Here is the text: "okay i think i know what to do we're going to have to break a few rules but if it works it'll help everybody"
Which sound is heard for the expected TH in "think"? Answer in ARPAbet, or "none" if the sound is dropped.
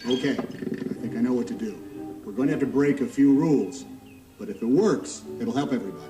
TH